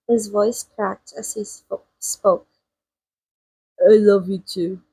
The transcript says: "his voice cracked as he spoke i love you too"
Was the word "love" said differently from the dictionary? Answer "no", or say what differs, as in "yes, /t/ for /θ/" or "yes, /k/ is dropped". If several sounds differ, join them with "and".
no